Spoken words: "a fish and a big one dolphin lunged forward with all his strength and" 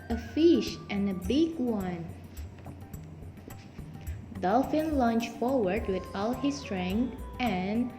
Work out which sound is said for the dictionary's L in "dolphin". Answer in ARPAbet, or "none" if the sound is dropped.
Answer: L